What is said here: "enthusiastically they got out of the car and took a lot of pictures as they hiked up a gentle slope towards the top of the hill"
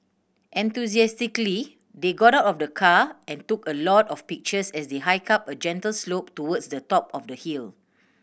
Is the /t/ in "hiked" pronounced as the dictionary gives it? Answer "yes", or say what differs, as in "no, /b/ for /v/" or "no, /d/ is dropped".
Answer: no, /t/ is dropped